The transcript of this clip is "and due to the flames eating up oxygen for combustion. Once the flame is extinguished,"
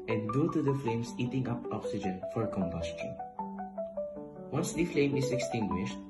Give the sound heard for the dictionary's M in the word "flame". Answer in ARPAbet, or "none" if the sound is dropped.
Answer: M